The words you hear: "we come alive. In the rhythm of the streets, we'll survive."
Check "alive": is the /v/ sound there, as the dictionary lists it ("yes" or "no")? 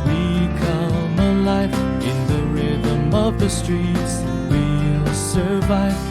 no